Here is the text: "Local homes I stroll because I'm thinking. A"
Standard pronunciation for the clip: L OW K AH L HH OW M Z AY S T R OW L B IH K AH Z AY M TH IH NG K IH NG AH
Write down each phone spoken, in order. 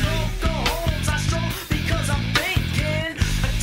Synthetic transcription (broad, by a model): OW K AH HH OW Z AY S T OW B IH K AH Z AY M TH IH NG K IH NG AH